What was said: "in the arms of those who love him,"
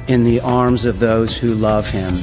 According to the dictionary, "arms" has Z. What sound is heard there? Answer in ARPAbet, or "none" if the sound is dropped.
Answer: Z